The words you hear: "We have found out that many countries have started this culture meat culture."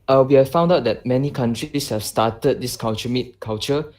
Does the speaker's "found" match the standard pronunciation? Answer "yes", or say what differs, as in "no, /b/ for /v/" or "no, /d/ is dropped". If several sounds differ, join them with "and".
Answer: yes